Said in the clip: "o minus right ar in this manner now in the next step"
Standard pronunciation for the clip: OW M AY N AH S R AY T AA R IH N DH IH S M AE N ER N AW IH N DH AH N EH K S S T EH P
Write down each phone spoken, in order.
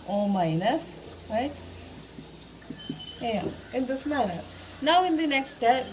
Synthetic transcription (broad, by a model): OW M AY N AH S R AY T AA IH N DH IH S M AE L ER N AW IH N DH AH N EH K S S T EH